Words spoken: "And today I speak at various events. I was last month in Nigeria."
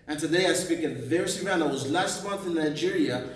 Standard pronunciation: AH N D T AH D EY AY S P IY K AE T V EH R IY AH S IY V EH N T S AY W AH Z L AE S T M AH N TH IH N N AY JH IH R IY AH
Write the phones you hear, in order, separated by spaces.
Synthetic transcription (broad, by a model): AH N T AH D EY AY S P IY K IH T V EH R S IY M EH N AY W AH Z L AE S T M AH N TH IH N N AY JH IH R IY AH